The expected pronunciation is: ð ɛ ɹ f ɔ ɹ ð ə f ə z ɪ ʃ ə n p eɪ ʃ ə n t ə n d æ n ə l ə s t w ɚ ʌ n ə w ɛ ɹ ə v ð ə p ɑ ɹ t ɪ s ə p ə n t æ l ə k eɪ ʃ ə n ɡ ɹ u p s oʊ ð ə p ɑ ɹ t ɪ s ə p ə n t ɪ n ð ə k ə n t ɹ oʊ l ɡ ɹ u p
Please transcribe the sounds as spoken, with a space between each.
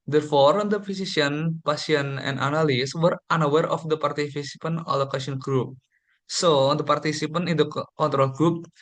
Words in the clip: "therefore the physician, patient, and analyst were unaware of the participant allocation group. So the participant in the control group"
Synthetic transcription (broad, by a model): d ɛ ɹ f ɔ ɹ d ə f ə s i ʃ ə n p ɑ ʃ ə n ə n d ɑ n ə l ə s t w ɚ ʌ n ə w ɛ ɹ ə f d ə p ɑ ɹ t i s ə p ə n ɔ l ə k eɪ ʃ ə n ɡ ɹ u p s oʊ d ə p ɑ ɹ t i s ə p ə n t ɪ n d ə k ə n t ɹ oʊ l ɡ ɹ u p